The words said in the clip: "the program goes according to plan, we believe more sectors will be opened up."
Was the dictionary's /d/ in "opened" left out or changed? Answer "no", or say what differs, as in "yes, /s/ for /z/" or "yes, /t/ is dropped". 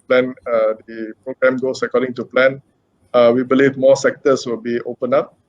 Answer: yes, /d/ is dropped